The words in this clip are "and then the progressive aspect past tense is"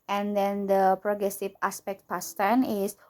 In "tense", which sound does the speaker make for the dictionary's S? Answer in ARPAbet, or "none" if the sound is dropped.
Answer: none